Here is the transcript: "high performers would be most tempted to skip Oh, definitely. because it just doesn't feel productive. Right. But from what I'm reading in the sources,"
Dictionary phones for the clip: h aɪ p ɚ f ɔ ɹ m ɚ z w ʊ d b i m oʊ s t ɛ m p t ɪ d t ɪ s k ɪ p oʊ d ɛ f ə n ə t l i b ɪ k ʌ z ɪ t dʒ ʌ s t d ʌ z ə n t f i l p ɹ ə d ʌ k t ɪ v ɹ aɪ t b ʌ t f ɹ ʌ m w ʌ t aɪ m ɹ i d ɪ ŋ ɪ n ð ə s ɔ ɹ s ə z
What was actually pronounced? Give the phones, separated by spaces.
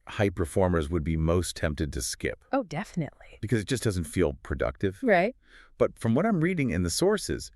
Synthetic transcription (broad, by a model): h aɪ p ɚ f ɔ ɹ m ɚ z w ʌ d b i m oʊ s t ɛ m p t ɪ d t ɪ s k ɪ p oʊ d ɛ f ə n ə t l i b ɪ k ʌ z ɪ t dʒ ʌ s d ʌ z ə n t f i l p ɹ ə d ʌ k t ɪ v ɹ aɪ t b ʌ t f ɹ ʌ m w ʌ t aɪ m ɹ i d ɪ ŋ ɪ n ð ə s ɔ ɹ s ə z